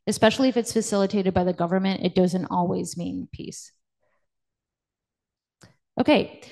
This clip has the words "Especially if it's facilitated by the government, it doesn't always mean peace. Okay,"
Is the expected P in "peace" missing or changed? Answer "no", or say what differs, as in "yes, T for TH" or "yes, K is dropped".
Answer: no